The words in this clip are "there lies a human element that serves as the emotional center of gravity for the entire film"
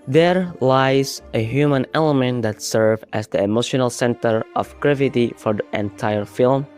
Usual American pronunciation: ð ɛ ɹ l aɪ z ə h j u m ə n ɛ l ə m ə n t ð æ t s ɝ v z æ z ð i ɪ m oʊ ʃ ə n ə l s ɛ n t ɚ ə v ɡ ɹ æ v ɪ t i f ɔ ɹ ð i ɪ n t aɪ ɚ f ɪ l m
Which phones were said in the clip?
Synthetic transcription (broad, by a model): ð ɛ ɹ l aɪ z ə h j u m ə n ɛ l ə m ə n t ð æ t s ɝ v æ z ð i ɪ m oʊ ʃ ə n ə l s ɛ n t ɚ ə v ɡ ɹ æ v ɪ t i f ɔ ɹ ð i ɪ n t aɪ ɚ f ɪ l m